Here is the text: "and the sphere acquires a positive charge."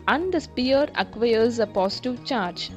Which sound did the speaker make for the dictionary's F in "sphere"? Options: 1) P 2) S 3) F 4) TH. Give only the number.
1